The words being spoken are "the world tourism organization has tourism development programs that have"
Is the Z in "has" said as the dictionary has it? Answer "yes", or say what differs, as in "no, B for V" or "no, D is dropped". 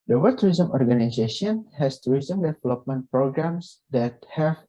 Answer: no, S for Z